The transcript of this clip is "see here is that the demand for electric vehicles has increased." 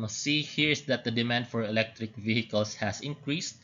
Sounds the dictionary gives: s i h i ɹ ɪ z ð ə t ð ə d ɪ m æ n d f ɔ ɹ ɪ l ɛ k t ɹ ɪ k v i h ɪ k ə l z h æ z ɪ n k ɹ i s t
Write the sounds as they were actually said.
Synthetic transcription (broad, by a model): s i h i ɹ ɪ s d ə t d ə d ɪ m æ n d f ɔ ɹ ɪ l ɛ k t ɹ ɪ k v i h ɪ k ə l s h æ s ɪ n k ɹ i s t